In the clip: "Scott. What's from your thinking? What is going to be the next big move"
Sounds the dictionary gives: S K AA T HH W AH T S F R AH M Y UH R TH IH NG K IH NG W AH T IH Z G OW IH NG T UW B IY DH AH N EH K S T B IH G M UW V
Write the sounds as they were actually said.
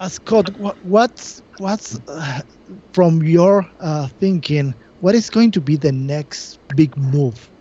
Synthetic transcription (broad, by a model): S K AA T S W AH T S F R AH M Y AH R TH IH NG K IH NG W AH T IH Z G OW IH NG T UW B IY DH AH N EH K S T B IH G M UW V